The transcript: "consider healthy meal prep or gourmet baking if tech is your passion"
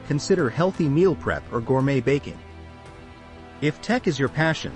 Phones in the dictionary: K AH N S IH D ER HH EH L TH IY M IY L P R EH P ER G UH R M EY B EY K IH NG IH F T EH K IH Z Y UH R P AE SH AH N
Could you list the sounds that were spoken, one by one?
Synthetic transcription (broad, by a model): K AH N S IH D ER HH EH L TH IY M IY L P R EH P ER G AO R M EY B EY K IH NG IH F T EH K IH Z Y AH R P AE SH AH N